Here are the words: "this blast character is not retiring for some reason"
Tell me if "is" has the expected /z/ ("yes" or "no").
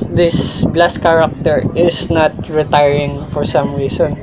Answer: no